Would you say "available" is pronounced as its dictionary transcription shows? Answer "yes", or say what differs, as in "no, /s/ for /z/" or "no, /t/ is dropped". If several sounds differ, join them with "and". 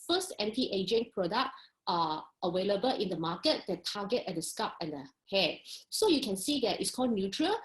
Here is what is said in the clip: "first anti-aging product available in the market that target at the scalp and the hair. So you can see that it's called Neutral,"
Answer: no, /w/ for /v/